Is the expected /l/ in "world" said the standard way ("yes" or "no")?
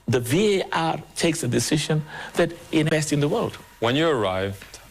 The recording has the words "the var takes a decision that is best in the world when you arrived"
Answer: yes